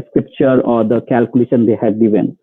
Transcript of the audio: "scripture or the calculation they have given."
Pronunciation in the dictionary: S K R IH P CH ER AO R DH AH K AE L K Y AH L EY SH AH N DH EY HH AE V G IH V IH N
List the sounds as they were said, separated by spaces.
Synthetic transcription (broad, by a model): S K R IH P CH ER AO R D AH K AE L K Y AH L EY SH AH N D EY HH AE B G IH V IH N